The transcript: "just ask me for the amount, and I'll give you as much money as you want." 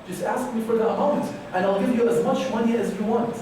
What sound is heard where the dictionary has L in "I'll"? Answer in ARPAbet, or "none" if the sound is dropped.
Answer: L